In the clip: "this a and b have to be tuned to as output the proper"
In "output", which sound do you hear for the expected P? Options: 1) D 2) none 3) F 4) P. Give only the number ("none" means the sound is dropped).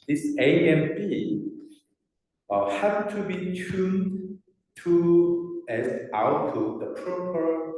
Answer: 2